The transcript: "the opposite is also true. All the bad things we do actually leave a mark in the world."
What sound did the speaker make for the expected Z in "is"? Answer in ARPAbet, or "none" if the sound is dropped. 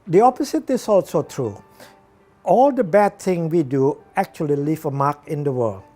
S